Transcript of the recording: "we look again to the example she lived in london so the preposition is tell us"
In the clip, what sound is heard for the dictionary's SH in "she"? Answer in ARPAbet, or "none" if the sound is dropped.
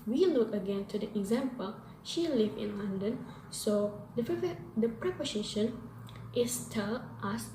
SH